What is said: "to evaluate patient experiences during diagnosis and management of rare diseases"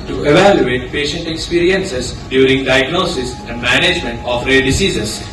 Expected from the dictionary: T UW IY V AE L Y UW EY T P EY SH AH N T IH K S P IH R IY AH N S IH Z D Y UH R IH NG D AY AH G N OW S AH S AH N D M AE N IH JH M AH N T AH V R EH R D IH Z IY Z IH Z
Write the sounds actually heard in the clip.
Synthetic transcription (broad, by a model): T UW IY V AE L Y UW EY T P EY SH AH N T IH K S P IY R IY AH N S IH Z D Y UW R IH NG D AY AH G N OW S AH S AH N D M AE N IH JH M AH N T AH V R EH D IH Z IY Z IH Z